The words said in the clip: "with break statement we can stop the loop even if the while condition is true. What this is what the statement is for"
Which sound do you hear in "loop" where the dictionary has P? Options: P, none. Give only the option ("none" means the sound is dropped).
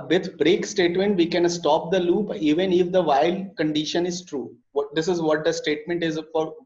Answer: P